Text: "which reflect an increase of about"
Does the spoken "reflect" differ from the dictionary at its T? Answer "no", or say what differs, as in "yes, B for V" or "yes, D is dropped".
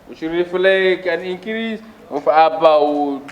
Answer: yes, T is dropped